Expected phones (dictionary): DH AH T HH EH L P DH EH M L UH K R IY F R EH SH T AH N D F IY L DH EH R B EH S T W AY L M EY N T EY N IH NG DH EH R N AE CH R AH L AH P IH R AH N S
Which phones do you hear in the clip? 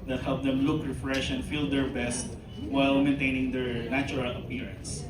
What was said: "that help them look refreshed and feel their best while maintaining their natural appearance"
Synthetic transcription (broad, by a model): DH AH T HH EH L P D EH M L UH K R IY F R EH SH AH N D F IY L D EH R B EH S T W AY L M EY N T EY N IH NG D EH R N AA CH R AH L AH P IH R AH N S